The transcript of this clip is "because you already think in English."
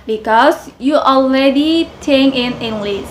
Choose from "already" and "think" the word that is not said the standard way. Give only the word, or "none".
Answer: think